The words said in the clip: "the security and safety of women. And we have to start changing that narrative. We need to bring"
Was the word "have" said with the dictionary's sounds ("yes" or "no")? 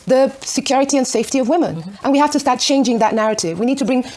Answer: no